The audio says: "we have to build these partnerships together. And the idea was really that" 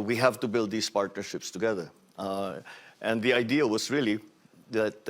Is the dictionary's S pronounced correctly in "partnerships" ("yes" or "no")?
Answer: yes